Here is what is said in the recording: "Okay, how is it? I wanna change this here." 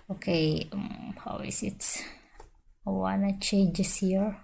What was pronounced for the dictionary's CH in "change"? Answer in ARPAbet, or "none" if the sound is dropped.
SH